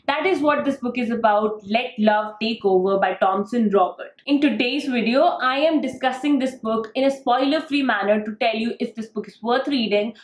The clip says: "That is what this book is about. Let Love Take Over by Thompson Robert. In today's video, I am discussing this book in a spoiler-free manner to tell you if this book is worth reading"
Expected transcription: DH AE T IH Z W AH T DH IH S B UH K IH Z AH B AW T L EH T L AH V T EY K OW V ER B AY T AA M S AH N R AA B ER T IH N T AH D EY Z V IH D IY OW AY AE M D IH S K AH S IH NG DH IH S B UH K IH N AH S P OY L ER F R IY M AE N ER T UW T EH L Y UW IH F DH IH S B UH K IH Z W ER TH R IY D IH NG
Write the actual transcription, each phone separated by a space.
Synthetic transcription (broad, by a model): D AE T IH Z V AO T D IH S B UH K IH Z AH B AW T L EH T L AH V T EY K OW V ER B AY T AA M S AH N R AA B ER T IH N T AH D EY Z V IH D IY OW AY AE M D IH S K AH S IH NG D IH S B UH K IH N AH S P OY L ER F R IY M AE N ER T UW T EH L Y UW IH F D IH S B UH K IH Z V ER T R IY D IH NG